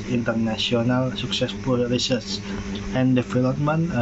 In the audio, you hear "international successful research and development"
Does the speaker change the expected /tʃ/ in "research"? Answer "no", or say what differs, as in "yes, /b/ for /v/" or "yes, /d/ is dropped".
yes, /s/ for /tʃ/